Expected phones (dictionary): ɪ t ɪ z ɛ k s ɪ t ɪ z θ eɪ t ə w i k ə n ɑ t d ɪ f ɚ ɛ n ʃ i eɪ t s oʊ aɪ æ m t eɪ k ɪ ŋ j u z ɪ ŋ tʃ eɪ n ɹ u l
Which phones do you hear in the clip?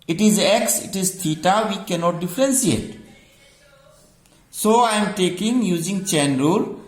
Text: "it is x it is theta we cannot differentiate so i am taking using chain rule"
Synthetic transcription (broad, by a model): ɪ t ɪ z ɛ k s ɪ t ɪ z t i t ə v i k ə n ɑ t d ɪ f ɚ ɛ n s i eɪ t s oʊ aɪ m t eɪ k ɪ ŋ j u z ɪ ŋ tʃ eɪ n ɹ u l